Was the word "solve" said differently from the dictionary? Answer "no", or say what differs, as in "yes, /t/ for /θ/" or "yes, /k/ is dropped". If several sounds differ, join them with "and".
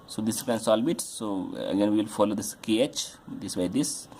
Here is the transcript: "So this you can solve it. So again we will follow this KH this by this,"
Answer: yes, /b/ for /v/